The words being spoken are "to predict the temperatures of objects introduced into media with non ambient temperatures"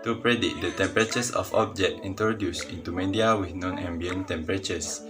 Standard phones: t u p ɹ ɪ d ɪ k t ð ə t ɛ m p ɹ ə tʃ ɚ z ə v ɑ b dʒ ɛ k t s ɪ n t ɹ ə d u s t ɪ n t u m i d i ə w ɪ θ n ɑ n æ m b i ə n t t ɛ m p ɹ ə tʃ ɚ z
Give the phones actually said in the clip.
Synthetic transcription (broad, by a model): t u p ɹ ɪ d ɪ t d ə t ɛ m p ɹ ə tʃ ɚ s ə f ɑ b dʒ ɛ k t i n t ɹ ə d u s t ɪ n t u m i d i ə w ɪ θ n ɑ n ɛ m b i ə n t t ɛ m p ɹ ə tʃ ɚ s